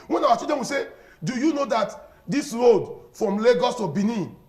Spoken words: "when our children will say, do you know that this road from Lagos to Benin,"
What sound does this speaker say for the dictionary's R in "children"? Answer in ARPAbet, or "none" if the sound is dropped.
none